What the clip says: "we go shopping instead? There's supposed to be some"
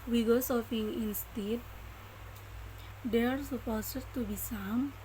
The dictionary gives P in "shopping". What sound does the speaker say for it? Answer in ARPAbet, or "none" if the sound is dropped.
F